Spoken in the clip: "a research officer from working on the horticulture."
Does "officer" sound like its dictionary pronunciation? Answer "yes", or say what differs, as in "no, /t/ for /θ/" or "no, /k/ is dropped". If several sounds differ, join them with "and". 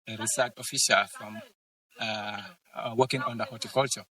no, /ʃ/ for /s/